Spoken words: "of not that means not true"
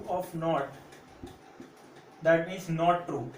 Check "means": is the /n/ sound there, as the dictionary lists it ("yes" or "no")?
no